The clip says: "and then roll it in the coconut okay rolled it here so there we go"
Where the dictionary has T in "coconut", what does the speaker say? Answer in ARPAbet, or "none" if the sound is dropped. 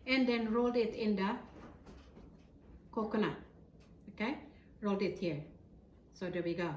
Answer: none